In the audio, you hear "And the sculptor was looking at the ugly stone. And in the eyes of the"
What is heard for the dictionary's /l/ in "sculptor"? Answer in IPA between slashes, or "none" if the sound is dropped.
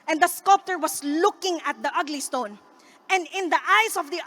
/l/